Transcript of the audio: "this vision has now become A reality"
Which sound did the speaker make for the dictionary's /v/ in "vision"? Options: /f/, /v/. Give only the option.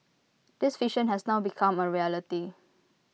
/f/